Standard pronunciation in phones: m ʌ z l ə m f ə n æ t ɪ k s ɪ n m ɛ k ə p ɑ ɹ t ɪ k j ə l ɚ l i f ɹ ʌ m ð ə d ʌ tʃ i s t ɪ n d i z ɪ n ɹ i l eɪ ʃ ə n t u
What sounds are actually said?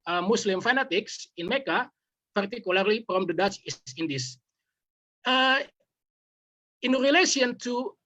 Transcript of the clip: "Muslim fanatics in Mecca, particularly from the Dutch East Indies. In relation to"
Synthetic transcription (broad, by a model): m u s l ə m f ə n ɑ t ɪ k s ɪ n m ɛ k ə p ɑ ɹ t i k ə l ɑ l i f ɹ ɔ m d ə d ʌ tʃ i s ɪ n d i s ɪ n ɹ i l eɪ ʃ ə n t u